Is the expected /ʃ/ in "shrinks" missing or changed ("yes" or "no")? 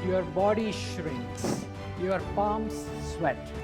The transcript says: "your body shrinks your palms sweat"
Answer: no